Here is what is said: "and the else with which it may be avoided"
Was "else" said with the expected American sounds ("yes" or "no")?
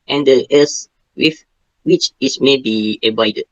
no